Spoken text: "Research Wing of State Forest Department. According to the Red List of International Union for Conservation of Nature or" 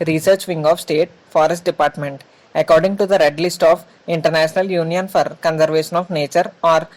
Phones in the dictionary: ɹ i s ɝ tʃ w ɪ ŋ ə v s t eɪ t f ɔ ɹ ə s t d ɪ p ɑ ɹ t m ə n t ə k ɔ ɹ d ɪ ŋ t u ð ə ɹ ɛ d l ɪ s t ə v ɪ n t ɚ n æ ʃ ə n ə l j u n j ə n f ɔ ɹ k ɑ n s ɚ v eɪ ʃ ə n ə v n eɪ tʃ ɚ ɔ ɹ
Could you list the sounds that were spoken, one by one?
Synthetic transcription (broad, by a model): ɹ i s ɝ tʃ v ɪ ŋ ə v s t eɪ t f ɔ ɹ ə s t d ɪ p ɑ ɹ t m ə n t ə k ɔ ɹ d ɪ ŋ t u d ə ɹ ɛ d l ɪ s t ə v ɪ n t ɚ n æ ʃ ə n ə l j u n j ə n f ɔ ɹ k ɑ n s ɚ v eɪ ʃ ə n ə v n eɪ tʃ ɚ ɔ ɹ